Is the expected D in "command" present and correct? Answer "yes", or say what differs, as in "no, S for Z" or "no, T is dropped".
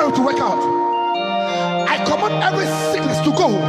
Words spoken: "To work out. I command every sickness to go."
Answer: no, D is dropped